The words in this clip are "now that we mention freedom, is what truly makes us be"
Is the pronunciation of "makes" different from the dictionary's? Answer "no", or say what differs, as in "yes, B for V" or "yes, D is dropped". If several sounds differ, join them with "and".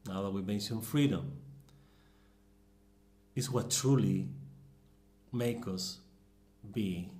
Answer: yes, S is dropped